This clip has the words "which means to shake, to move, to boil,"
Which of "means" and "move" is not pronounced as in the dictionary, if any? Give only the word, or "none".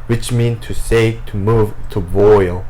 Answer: means